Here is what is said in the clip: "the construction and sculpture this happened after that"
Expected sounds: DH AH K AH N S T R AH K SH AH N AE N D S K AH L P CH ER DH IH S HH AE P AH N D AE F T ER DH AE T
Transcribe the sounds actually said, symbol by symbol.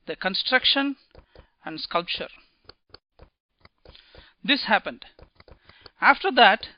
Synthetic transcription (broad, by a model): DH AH K AH N S T R AH K SH AH N AE N D S K AH L P CH ER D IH S HH AE P AH N D AE F T ER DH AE T